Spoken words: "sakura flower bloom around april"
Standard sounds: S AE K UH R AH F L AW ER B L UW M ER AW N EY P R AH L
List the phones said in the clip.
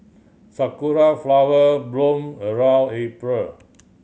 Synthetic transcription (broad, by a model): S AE K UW R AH F L AW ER B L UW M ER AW L EY P R AH L